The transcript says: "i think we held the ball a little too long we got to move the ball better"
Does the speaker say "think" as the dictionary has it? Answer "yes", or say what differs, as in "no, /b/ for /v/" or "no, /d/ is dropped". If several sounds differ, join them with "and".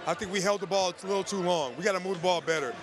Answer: yes